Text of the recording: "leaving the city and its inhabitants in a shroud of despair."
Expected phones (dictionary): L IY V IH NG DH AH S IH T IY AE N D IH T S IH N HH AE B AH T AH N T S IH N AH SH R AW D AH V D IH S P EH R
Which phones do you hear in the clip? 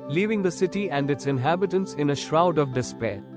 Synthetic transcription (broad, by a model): L IY V IH NG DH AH S IH T IY AE N D IH T S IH N HH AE B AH T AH N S IH N AH SH R AW D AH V D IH S P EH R